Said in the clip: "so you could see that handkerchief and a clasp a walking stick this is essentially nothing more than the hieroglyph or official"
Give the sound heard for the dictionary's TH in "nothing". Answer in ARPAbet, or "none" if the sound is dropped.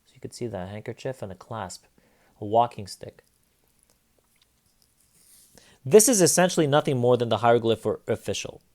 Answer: TH